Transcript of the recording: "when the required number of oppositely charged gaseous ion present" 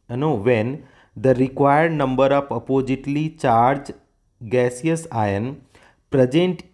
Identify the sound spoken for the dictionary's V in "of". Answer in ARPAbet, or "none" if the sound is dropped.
P